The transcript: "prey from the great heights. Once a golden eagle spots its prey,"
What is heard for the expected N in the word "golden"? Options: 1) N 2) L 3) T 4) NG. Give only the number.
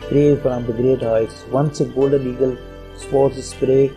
2